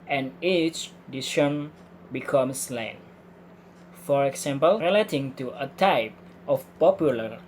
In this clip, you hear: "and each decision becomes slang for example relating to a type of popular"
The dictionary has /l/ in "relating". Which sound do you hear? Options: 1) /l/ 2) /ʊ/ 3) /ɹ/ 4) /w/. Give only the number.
1